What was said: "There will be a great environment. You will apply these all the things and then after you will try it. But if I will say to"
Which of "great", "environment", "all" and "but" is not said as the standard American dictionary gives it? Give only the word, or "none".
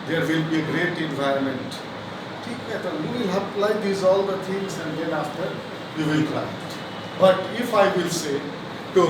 none